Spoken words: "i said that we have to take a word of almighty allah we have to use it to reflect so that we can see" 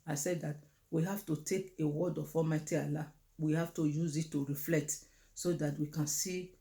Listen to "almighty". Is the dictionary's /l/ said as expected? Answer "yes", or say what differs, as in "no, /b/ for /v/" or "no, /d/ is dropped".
no, /l/ is dropped